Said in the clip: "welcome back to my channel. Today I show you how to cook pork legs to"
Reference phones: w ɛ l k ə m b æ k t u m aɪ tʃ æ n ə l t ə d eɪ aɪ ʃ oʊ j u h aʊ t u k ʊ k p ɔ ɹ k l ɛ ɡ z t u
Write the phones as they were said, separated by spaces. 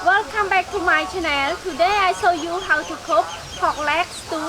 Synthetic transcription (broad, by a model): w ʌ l k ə m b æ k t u m aɪ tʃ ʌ n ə l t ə d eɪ aɪ s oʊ j u h aʊ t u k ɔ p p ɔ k l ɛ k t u